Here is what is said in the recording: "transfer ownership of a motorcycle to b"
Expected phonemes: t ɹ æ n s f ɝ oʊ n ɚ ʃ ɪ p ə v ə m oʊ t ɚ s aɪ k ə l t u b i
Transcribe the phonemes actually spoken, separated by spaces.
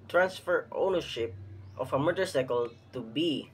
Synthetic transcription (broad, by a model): t ɹ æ n s f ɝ oʊ n ɚ ʃ ɪ p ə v ə m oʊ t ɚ s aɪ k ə l t u b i